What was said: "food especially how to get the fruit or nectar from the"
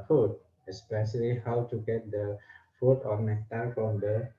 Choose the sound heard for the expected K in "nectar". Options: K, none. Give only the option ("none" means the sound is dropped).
none